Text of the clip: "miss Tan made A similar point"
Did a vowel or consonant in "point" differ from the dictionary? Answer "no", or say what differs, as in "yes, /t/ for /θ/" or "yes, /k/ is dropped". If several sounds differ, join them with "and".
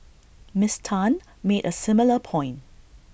yes, /t/ is dropped